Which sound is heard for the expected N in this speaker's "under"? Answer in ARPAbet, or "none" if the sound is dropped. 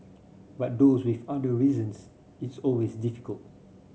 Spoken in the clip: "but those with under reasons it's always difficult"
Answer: none